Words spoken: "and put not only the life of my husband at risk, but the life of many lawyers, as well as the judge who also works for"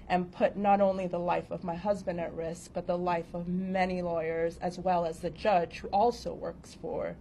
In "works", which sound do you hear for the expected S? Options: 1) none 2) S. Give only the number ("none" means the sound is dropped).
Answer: 2